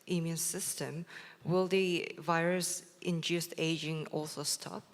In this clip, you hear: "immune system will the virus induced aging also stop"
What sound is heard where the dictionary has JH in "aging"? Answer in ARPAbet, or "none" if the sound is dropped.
JH